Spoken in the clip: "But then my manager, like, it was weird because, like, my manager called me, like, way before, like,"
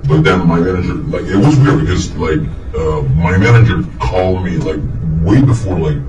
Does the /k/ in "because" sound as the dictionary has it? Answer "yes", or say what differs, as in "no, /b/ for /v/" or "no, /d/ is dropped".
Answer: no, /k/ is dropped